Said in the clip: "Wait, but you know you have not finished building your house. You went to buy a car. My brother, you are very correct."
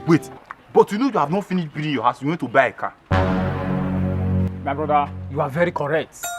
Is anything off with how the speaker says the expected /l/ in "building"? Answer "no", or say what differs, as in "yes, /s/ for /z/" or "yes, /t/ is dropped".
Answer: yes, /l/ is dropped